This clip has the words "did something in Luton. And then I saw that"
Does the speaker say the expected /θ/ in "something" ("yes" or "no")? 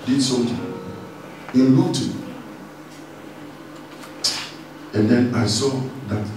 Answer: no